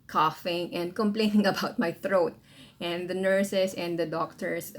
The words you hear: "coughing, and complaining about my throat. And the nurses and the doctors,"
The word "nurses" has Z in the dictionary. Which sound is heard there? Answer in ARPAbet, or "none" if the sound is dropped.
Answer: S